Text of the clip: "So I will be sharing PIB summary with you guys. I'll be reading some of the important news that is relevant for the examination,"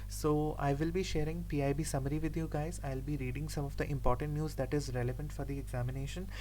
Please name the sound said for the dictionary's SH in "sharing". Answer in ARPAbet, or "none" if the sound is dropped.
SH